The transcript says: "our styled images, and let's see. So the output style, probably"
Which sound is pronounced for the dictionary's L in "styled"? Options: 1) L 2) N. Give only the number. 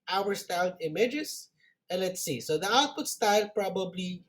2